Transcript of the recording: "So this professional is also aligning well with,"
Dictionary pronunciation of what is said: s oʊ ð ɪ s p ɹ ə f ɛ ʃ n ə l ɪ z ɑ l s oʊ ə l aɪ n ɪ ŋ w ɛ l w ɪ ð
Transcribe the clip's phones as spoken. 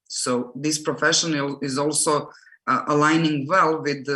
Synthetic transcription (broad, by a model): s oʊ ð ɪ s p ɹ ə f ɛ ʃ ə n ɪ z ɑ l s oʊ ə l aɪ n ɪ ŋ w ɛ l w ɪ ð